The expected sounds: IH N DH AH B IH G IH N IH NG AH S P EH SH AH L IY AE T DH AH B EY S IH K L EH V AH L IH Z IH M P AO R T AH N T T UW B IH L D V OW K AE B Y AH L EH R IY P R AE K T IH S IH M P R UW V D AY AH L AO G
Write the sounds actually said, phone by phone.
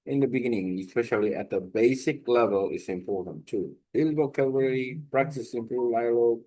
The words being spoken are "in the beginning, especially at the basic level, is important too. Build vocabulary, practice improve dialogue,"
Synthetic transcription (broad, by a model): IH N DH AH B IH G IH N IH NG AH S P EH SH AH L IY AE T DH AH B EY S IH K L EH V AH L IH S IH M P AO R T AH N T T UW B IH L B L K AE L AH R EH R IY P R AE K T IH S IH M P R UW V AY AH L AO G